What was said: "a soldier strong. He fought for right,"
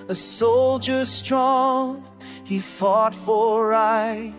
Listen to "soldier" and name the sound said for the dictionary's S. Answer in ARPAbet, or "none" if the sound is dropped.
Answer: S